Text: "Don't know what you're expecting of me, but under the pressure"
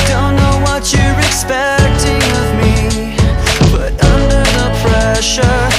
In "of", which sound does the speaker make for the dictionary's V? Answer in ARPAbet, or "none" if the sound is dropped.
V